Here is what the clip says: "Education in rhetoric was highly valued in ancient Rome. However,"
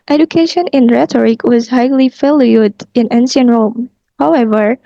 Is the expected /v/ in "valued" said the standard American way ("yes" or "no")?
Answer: no